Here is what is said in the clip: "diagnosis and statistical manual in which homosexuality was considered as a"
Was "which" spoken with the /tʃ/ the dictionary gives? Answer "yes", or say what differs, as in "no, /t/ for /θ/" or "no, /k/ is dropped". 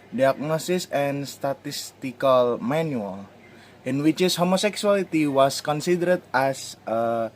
no, /s/ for /tʃ/